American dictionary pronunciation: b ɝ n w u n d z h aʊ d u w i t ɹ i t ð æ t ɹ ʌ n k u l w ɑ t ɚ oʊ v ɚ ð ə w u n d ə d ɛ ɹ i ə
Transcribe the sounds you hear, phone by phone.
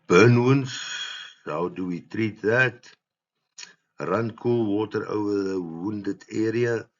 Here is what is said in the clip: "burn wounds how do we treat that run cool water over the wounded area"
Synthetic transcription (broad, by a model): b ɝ n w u n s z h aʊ d u w i t ɹ i t ð æ t ɹ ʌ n k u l w ɑ t ɚ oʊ ɚ ð ə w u n d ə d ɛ ɹ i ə